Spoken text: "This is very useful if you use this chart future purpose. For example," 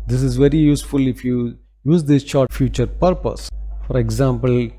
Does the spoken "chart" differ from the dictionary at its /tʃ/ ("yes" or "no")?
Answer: yes